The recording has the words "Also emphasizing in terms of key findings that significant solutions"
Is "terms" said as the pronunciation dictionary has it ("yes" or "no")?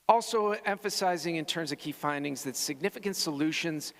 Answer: yes